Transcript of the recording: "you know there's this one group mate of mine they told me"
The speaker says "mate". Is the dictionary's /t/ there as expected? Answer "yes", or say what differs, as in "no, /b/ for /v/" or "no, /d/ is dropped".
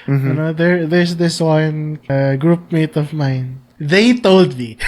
yes